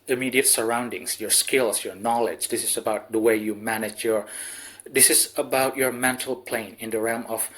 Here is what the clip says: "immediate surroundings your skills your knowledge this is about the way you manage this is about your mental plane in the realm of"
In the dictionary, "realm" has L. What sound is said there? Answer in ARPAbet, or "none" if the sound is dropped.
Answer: L